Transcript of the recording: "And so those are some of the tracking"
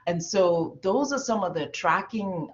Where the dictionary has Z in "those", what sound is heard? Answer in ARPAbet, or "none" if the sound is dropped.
Z